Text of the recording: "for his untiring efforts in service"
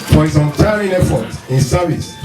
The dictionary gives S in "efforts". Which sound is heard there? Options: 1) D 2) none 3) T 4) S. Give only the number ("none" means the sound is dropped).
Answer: 2